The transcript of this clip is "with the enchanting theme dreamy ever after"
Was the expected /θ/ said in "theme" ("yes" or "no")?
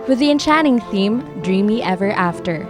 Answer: yes